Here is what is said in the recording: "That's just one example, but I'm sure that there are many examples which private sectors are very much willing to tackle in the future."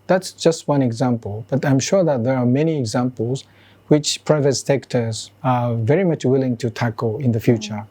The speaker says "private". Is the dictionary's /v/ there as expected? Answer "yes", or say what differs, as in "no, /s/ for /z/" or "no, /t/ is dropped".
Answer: yes